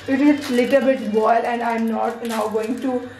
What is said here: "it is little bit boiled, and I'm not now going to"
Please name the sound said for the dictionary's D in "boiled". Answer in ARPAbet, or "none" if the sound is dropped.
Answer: none